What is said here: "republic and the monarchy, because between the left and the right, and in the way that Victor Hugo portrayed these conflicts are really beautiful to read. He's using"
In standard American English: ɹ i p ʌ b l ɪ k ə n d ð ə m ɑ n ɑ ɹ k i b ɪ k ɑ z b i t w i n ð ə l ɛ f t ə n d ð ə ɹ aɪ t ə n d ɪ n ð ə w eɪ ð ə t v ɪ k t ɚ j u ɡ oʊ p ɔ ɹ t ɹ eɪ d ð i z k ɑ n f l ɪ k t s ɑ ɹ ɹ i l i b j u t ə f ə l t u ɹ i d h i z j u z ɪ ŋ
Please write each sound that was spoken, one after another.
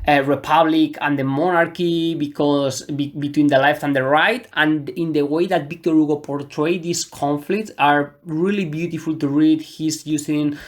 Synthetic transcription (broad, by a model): ɹ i p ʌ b l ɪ k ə n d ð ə m ɑ n ɑ ɹ k i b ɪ k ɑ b b i t w i n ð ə l ɛ f t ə n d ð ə ɹ aɪ t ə n ɪ n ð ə w eɪ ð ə t b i k t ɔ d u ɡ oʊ p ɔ ɹ t ɹ eɪ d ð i s k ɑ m f l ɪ k t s ɑ ɹ ɹ i l i b j u t ə f ə l t u ɹ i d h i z j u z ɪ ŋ